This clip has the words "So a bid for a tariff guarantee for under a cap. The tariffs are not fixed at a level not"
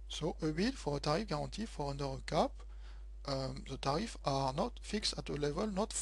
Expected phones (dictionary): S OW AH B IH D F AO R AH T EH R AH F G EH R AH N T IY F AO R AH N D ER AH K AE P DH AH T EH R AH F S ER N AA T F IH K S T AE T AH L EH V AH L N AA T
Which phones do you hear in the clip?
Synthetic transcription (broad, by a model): S OW AH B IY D F AO R AH T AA R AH F G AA R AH T IY F AO R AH N D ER AH K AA P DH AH T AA R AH F AA N AA T F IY K S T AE T AH L EH V AH L N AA T